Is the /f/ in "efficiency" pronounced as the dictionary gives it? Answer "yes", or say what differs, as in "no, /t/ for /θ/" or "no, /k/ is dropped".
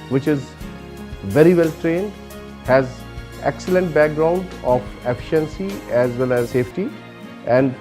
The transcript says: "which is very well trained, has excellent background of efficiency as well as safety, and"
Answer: yes